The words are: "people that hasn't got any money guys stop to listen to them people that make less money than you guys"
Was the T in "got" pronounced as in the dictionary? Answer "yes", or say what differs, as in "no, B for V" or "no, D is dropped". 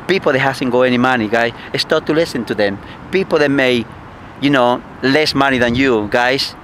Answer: no, T is dropped